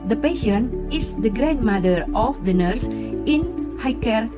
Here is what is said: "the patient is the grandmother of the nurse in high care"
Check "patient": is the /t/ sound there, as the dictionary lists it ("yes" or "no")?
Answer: no